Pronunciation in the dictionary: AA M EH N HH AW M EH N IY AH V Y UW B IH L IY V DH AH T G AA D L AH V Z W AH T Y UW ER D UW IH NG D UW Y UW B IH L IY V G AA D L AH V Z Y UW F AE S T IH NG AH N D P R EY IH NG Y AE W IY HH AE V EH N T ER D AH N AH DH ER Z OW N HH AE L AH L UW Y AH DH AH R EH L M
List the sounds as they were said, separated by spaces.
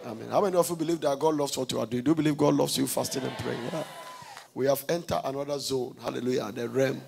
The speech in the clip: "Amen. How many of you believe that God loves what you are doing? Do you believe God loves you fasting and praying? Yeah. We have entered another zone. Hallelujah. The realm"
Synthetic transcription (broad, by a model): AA M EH N HH AW M EH N IY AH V Y UW B IH L IY V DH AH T G AA D L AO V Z W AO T Y UW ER D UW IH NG D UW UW B IH L IY V G AA D L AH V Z Y UW F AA S T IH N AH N P R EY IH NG W IY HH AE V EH N T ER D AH N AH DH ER Z OW N HH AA L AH L UW Y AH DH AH R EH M